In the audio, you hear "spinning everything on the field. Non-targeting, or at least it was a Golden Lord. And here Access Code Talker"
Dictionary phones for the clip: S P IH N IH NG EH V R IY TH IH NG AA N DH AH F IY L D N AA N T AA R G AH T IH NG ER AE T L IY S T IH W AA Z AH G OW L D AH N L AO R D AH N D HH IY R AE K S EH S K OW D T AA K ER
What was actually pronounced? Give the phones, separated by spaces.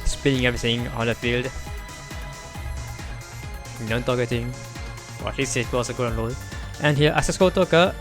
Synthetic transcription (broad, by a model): S P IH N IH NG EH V R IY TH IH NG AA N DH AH F IY L D N AA N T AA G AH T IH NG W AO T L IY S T IH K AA S AH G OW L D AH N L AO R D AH N HH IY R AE S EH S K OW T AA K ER